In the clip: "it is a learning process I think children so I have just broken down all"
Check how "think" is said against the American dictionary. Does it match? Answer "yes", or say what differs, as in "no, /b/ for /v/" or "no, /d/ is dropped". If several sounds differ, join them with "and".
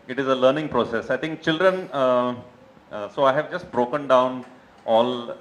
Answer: no, /t/ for /θ/